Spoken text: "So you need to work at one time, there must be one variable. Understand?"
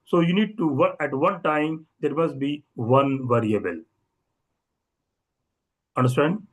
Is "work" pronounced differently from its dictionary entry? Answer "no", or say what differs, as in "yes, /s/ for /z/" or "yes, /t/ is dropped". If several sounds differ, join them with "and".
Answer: yes, /k/ is dropped